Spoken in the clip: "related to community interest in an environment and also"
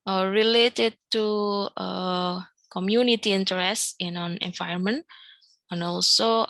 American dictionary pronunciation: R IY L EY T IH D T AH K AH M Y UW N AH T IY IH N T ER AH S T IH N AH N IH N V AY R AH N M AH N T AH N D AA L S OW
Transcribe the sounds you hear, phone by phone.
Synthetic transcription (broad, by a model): R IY L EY T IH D T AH K AH M Y UW N AH T IY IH N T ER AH S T IH N AH N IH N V AY AH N M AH N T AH N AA L S OW